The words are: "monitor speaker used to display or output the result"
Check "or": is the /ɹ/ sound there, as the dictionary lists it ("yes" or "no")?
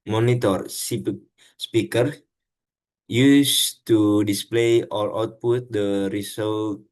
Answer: no